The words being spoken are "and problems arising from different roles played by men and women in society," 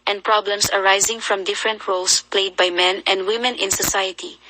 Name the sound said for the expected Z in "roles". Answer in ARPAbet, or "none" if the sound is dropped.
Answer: S